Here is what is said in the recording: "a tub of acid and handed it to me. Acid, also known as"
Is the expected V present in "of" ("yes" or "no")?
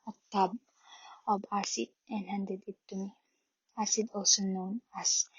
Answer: no